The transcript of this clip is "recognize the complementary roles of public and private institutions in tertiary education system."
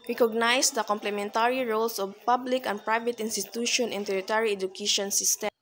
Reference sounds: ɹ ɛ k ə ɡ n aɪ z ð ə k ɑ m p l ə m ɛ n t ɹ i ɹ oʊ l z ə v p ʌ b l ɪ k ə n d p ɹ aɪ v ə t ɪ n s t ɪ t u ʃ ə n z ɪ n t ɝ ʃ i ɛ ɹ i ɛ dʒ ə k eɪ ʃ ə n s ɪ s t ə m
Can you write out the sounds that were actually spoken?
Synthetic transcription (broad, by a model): ɹ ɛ k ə ɡ n aɪ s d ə k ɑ m p l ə m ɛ n t ɹ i ɹ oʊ l s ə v p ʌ b l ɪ k ə n d p ɹ aɪ v ə t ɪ n s t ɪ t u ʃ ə n ɪ n t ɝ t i ɹ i ɛ dʒ ə k eɪ ʃ ə n s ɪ s t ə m